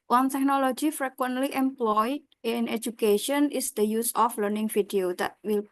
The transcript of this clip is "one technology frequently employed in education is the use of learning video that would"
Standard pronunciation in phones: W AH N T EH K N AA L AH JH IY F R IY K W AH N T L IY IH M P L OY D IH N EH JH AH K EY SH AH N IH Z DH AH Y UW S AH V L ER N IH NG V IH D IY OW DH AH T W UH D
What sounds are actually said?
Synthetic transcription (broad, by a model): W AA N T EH K N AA L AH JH IY F R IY K W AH N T L IY IH M P L OY D IH N EH JH AH K EY SH AH N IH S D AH Y UW S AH F L ER N IH NG F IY D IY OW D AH T W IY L